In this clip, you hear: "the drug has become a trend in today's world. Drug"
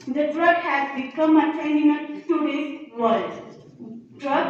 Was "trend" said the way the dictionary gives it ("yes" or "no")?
no